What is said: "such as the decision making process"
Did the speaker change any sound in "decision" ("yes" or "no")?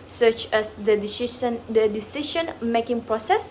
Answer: yes